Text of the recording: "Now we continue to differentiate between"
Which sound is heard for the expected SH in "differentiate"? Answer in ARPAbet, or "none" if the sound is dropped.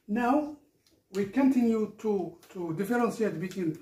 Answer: S